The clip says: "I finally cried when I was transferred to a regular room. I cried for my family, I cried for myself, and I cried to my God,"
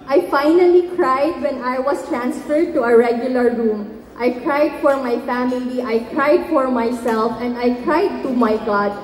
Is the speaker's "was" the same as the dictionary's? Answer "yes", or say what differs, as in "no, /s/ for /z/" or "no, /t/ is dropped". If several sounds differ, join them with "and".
no, /s/ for /z/